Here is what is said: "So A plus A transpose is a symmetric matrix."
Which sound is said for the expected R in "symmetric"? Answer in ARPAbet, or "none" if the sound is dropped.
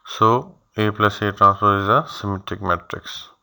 none